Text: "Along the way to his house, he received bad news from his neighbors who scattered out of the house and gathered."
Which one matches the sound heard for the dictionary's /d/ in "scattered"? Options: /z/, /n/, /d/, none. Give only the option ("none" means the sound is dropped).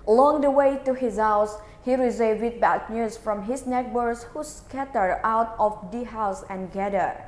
none